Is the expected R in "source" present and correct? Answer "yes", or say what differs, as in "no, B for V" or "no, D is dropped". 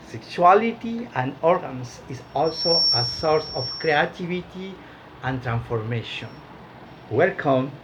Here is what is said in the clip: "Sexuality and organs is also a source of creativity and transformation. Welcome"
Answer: yes